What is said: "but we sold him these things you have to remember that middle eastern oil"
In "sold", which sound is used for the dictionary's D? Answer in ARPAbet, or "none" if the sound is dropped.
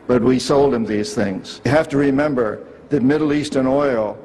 D